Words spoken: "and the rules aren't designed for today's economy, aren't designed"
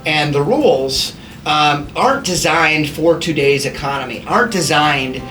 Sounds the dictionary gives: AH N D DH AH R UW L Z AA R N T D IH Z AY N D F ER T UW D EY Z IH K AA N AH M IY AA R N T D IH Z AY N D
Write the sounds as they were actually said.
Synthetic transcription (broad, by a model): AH N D DH AH R UW L Z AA R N D IH Z AY N D F ER T UW D EY Z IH K AA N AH M IY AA R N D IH Z AY N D